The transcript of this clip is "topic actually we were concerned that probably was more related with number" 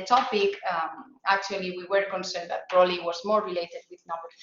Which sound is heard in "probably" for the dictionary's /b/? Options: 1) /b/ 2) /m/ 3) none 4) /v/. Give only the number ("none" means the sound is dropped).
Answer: 3